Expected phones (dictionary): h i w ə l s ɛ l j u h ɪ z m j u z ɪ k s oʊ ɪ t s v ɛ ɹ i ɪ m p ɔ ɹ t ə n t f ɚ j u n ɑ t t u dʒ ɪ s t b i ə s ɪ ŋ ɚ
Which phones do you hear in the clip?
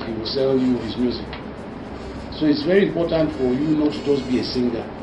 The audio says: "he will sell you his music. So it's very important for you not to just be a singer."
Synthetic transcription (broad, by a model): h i w ə l s ɛ l j u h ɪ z m j u z ɪ k s oʊ ɪ t s v ɛ ɹ i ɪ m p ɔ t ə n t f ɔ j u n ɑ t t u dʒ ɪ s b i ə s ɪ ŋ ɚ